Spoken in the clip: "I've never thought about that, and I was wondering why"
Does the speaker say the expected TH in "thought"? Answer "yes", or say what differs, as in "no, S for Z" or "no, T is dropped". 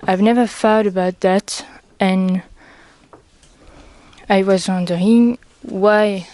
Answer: no, F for TH